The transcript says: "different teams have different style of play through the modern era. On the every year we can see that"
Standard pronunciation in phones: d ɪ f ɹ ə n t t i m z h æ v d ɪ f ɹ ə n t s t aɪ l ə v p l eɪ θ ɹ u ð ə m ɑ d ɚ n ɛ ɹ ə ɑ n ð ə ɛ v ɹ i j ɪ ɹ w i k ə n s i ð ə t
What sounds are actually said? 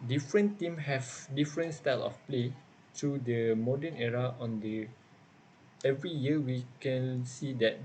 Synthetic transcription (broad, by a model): d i f ɹ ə n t t i m h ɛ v d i f ɹ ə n t s t aɪ l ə f p l eɪ t ɹ u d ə m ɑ d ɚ n ɛ ɹ ə ɑ n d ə ɛ v ɹ i j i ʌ w i k ə n s i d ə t